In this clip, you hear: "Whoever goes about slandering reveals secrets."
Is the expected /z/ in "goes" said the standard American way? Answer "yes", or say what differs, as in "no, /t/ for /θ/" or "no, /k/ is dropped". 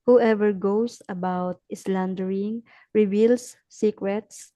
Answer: no, /s/ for /z/